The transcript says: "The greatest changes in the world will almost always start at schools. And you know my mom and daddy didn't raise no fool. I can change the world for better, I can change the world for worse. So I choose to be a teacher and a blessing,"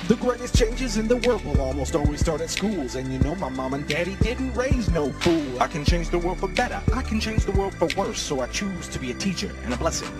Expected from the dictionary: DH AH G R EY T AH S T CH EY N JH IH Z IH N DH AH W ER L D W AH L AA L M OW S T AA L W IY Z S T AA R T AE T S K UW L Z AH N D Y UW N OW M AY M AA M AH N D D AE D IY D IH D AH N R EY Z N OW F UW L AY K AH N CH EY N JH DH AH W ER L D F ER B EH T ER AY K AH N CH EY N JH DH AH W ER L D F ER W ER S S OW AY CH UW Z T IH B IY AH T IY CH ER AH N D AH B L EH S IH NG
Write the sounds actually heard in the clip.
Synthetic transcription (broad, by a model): DH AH G R EY T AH S CH EY N JH IH Z IH N DH AH W ER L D W AH L AA L M OW S T AA L W IY Z S T AA R T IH T S K UW L Z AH N Y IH N OW M AY M AA M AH N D D AE D IY D IH D N R EY Z N OW F UW L AY K AH N CH EY N JH DH AH W ER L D F ER B EH T ER AY K N CH EY N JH DH AH W ER L D F ER W ER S S OW AY CH UW Z T IH B IY AH T IY CH ER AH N AH B L EH S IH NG